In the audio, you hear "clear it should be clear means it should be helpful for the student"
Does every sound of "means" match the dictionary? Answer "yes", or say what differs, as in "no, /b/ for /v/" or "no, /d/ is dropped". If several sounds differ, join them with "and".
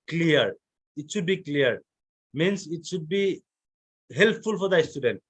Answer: no, /s/ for /z/